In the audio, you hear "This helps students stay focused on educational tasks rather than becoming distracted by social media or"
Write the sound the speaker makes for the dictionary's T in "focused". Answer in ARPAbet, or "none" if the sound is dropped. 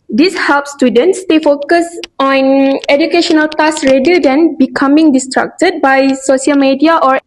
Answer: none